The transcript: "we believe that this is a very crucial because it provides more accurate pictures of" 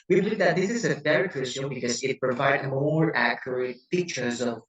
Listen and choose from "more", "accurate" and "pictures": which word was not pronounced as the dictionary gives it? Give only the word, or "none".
pictures